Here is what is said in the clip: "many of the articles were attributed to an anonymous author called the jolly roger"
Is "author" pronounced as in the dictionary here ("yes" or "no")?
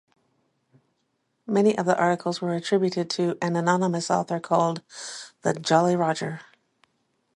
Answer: yes